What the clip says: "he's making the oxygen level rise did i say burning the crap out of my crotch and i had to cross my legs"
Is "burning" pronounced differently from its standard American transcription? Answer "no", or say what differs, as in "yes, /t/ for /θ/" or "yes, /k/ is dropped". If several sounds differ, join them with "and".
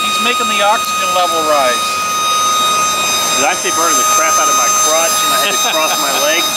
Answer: yes, /n/ is dropped